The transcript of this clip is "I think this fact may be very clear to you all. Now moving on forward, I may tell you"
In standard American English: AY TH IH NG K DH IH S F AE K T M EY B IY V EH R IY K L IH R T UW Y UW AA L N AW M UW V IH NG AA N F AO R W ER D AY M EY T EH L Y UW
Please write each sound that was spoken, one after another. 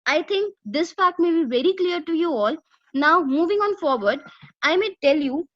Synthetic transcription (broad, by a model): AY T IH NG K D IH S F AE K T M EY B IY V EH R IY K L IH R T UW Y UW AA L N AW M UW V IH NG AA N F AO R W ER D AY M EY T EH L Y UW